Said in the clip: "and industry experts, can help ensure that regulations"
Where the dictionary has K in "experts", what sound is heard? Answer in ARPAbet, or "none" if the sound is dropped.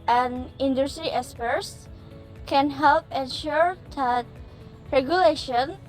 none